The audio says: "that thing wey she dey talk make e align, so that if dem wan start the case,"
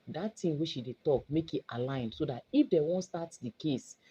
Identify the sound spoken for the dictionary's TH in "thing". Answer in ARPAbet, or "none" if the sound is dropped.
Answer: T